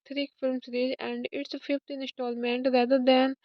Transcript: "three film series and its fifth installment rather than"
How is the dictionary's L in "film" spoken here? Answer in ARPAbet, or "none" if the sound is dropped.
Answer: L